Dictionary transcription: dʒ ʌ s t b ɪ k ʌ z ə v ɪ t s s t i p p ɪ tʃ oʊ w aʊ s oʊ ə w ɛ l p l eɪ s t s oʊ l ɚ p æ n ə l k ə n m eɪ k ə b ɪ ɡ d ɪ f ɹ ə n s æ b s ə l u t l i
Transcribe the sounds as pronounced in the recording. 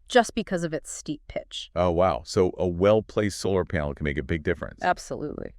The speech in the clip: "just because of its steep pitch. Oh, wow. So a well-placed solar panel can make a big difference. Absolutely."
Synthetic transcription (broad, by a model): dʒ ʌ s b ɪ k ʌ z ə v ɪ t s s t i p p ɪ tʃ oʊ w aʊ s oʊ ə w ɛ l p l eɪ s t s oʊ l ɚ p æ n l k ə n m eɪ k ə b ɪ ɡ d ɪ f ɹ ə n s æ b s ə l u t l i